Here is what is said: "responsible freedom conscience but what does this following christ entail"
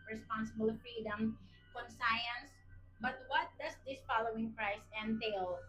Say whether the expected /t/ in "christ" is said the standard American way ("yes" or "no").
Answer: no